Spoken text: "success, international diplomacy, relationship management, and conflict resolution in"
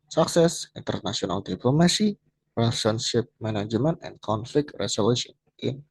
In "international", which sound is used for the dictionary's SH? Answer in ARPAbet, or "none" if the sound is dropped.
S